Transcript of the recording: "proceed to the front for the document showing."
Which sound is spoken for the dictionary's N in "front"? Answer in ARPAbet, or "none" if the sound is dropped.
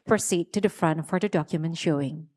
N